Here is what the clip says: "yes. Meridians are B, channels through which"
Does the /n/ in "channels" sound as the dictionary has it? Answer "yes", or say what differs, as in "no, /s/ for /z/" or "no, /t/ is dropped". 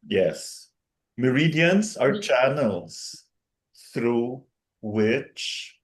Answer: yes